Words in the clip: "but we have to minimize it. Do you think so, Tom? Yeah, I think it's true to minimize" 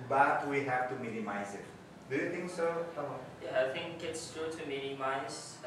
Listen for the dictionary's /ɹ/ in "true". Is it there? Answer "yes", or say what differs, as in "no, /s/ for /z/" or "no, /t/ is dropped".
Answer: no, /ɹ/ is dropped